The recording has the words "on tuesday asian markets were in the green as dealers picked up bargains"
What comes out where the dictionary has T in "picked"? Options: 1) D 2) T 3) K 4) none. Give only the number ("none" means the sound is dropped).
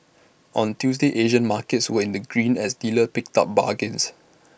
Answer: 2